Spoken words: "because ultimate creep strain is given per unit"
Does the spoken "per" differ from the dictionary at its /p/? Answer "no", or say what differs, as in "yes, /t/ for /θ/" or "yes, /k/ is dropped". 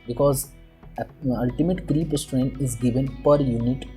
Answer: no